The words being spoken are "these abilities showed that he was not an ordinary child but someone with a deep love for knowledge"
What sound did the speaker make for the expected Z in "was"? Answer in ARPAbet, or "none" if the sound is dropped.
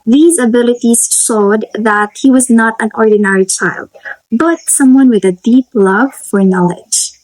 Z